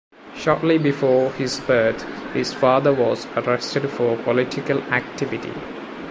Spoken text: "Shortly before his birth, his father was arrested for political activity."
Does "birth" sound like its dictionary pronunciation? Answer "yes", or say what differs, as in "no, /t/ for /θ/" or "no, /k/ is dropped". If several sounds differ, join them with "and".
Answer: no, /t/ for /θ/